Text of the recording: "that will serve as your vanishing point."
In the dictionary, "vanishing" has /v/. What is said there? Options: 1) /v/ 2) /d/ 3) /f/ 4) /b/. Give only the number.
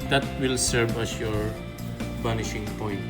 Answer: 4